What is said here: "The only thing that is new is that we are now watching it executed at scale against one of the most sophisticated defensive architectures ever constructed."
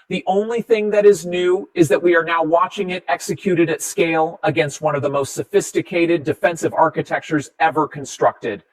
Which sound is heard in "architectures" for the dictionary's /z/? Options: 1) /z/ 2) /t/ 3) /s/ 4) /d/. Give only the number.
1